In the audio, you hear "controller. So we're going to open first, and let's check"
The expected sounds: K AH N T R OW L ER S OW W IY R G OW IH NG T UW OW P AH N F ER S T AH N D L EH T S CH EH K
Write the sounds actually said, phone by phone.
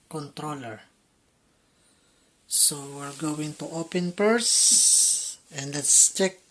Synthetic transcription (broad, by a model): K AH N T R OW L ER S OW W IY R G OW IH NG T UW OW P AH N P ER S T AH N D L EH T S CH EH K